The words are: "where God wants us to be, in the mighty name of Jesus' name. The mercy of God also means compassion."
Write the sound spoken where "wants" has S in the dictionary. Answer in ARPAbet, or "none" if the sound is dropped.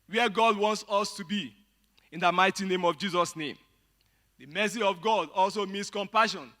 S